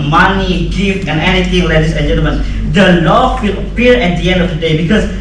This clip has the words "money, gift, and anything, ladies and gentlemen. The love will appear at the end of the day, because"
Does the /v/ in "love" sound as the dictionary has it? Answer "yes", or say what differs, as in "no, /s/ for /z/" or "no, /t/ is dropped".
no, /f/ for /v/